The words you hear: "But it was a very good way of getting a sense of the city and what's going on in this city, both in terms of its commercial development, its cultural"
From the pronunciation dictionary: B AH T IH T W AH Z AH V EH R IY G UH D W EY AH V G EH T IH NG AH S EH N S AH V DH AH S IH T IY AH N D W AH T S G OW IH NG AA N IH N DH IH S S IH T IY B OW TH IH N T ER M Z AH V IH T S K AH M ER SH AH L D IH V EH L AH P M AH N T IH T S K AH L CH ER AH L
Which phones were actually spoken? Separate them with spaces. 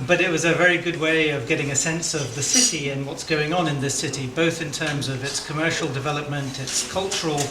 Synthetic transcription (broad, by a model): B AH T IH T W AH Z AH V EH R IY G UH D W EY AH V G EH T IH NG AH S EH N S AH V DH AH S IH T IY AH N W AH T S G OW IH NG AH N IH N DH IH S S IH T IY B OW TH IH N T ER M Z AH V IH T S K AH M ER SH L D IH V EH L AH P M AH N T IH T S K AH L CH ER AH L